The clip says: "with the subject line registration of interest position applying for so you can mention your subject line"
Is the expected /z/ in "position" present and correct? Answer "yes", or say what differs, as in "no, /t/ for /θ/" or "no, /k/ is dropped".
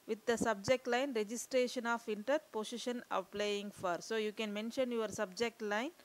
no, /s/ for /z/